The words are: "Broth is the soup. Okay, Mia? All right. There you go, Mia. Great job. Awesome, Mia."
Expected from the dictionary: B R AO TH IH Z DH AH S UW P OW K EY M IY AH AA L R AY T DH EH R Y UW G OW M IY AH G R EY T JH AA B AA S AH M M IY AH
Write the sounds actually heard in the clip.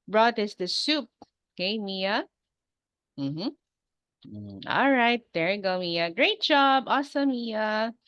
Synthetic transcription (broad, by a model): B R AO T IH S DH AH S UW P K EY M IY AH AA L R AY T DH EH R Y G OW M IY AH G R EY T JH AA B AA S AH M M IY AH